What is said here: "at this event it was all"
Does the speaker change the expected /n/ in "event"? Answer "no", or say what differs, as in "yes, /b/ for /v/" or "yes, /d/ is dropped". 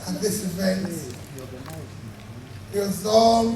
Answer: no